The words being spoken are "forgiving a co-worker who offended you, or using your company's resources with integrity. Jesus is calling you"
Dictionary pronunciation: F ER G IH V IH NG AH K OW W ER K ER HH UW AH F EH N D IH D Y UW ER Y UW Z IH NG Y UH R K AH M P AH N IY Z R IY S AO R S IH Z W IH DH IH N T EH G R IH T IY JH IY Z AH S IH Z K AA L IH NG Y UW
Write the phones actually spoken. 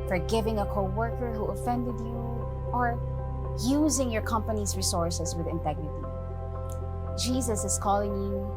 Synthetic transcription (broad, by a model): F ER G IH V IH NG AH K OW W ER K ER HH UW AH F EH N D IH D Y UW ER Y UW Z IH NG Y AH R K AH M P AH N IY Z R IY S AO R S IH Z W IH DH IH N T EH G R IH T IY JH IY Z AH S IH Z K AA L IH NG Y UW